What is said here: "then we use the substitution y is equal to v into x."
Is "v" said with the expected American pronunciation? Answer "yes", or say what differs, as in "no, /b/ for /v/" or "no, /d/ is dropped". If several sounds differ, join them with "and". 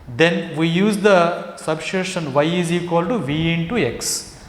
yes